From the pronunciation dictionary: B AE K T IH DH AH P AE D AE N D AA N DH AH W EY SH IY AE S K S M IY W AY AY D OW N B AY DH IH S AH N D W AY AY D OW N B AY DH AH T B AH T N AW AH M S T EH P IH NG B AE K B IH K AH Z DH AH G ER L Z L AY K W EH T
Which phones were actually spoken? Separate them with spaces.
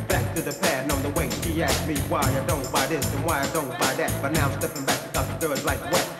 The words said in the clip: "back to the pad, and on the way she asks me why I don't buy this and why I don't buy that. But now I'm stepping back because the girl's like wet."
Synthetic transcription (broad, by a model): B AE K T IH DH AH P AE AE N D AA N DH AH W EY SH IY AE S K S M IY W AY AY D OW N B AY DH IH S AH N W AY AY D OW N B AY DH AH T B AH T N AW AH S T EH P IH NG B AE K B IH AH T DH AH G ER Z L AY K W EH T